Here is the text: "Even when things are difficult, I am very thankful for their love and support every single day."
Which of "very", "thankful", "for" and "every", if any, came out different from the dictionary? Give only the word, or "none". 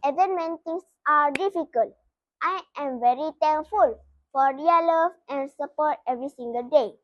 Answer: thankful